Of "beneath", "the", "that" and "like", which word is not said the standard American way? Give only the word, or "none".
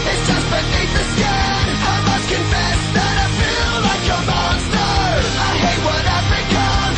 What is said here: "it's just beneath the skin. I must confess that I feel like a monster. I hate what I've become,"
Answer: none